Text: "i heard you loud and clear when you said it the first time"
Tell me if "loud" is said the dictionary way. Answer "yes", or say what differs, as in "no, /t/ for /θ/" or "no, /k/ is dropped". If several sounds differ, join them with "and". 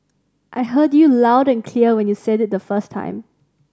yes